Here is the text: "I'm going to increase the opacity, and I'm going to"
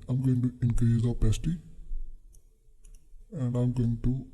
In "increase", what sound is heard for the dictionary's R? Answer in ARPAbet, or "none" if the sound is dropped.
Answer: none